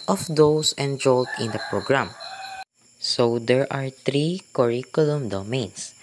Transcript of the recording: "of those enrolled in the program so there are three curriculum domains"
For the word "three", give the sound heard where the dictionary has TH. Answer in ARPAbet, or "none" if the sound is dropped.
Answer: T